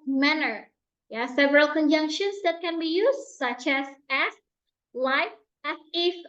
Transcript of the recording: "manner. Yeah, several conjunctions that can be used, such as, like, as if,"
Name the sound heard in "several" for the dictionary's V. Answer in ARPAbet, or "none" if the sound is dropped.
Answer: V